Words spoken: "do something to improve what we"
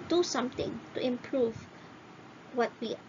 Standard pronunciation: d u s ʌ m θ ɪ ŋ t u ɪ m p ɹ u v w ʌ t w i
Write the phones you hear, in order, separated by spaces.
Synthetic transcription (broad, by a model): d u s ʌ m t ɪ ŋ t u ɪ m p ɹ u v w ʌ t w i